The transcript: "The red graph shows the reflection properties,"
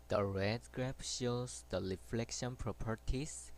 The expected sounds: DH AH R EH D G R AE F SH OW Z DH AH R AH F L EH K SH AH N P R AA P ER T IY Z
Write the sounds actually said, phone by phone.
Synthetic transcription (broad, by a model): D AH R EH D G R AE P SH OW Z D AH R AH F L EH K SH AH N P R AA P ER T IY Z